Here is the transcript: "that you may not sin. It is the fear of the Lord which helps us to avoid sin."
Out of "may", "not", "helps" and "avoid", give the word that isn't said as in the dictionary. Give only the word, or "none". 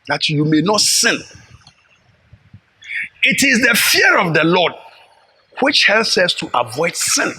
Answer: none